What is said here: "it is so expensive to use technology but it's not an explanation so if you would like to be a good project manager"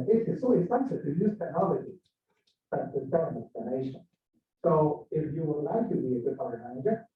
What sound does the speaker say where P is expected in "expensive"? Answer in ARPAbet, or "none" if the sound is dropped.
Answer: none